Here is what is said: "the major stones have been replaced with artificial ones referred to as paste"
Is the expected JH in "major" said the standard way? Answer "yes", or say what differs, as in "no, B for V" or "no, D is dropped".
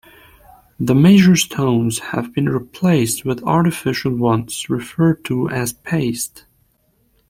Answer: no, ZH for JH